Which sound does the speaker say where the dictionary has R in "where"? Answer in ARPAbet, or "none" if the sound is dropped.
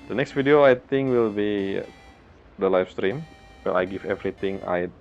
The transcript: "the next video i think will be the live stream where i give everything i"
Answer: L